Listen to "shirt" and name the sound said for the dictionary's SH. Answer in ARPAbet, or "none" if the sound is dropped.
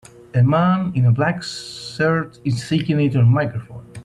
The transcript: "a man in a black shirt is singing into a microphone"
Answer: S